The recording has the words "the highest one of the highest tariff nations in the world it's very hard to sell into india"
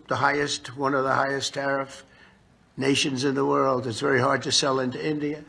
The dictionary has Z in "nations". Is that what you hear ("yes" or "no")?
yes